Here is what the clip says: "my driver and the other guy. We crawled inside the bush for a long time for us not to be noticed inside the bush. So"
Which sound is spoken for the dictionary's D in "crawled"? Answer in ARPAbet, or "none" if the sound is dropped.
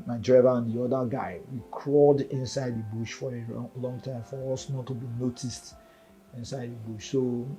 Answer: D